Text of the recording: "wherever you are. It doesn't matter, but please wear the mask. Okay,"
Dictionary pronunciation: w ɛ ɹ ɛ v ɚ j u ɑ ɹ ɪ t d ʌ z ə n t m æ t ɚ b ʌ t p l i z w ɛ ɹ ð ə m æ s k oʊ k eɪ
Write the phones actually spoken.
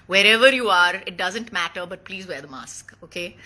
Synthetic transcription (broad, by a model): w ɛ ɹ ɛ v ɚ j u ɑ ɹ ɪ t d ʌ z ə n t m æ t ɚ b ʌ t p l i z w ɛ ɹ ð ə m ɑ s k oʊ k eɪ